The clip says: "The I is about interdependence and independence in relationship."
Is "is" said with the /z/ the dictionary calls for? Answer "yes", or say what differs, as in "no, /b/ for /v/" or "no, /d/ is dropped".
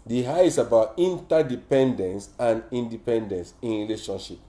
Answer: no, /s/ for /z/